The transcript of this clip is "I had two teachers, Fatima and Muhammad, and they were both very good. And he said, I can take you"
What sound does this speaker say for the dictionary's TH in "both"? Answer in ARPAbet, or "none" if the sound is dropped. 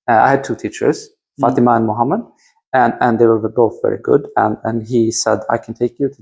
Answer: TH